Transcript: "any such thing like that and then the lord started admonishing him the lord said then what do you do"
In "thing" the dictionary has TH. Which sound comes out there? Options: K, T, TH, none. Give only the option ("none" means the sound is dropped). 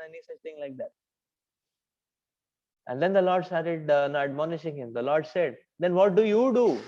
T